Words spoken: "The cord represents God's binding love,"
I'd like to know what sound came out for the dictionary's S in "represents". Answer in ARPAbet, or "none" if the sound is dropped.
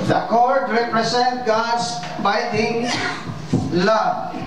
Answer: none